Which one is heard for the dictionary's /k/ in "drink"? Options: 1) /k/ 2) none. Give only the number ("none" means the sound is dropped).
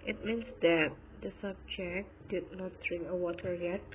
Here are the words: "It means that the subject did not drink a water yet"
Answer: 1